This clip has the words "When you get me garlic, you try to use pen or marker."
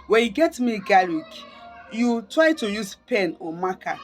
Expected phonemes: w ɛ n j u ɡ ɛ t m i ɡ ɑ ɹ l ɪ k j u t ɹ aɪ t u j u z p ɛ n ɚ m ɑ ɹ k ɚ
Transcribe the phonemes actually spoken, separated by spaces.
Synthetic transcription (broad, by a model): w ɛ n j u ɡ ɛ t m i ɡ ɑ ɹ ɪ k j u t ɹ aɪ t u j u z p ɛ n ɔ m ɑ k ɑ